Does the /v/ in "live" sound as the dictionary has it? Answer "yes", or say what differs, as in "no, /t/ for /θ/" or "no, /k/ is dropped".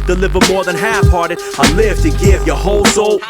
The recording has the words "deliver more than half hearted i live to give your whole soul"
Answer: no, /f/ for /v/